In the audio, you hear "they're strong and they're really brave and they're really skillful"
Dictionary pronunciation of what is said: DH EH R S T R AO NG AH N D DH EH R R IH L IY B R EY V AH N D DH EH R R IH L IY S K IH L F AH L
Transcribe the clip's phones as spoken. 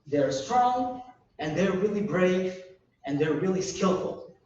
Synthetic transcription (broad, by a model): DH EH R S T R AO NG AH N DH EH R R IH L IY B R EY V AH N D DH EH R R IH L IY S K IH L F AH L